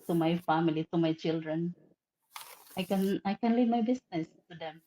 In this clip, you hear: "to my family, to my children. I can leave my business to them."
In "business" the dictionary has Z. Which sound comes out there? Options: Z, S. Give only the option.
S